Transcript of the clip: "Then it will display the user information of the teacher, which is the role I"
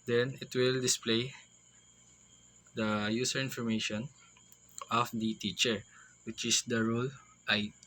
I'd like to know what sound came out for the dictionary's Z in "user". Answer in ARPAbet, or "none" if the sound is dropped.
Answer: S